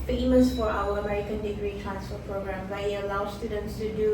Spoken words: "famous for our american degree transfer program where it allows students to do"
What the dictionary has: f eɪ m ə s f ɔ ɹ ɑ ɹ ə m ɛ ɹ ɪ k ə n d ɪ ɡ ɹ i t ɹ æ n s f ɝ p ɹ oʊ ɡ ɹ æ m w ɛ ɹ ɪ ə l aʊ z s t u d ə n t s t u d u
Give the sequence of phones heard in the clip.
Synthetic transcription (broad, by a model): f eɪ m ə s f ɔ ɹ ɑ w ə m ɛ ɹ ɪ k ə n d ɪ ɡ ɹ i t ɹ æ n s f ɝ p ɹ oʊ ɡ ɹ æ m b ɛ ɪ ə l aʊ s t u d ə n t s t u d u